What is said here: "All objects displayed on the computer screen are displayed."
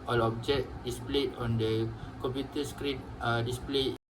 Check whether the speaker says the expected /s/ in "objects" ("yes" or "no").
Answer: no